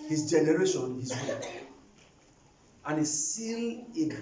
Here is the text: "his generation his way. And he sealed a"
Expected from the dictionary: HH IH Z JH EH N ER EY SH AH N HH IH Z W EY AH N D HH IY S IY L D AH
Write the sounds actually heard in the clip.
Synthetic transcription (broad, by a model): HH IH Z JH EH N ER EY SH AH N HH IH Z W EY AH N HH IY S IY L AH